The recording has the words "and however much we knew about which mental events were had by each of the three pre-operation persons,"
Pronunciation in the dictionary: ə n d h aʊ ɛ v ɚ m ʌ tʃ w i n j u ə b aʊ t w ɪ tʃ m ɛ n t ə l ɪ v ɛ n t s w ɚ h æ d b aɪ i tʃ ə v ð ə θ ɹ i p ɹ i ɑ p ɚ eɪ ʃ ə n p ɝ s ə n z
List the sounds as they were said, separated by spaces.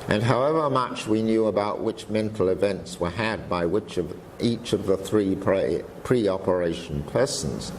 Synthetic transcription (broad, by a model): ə n h aʊ ɛ v ɚ m ʌ tʃ w i n j u ə b aʊ t w ɪ tʃ m ɛ n t l ɪ v ɛ n t s w ɚ h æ d b aɪ i tʃ ə v ð ə θ ɹ i p ɹ i ɑ p ɚ eɪ ʃ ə n p ɝ s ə n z